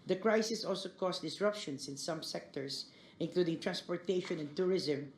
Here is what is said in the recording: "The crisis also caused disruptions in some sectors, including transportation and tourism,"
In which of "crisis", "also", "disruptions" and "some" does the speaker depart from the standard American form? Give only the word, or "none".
disruptions